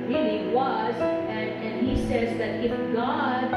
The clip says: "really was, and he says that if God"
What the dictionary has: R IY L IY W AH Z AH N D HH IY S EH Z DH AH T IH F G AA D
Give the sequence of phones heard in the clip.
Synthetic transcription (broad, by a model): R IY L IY W AH Z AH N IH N IY S EH Z DH AH T IH F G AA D